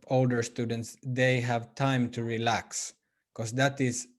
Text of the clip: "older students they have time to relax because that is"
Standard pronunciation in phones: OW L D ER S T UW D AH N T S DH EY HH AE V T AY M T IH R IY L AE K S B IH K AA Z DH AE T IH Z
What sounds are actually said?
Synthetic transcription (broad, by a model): OW L D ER S T UW D AH N T S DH EY HH AE V T AY M T IH R IY L AE K S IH K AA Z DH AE T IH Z